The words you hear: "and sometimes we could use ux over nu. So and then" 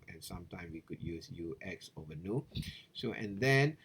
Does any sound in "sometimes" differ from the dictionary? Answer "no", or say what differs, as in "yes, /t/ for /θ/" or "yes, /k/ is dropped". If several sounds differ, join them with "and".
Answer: yes, /z/ is dropped